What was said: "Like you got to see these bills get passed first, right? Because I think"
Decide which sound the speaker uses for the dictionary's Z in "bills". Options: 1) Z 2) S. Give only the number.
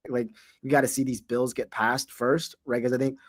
1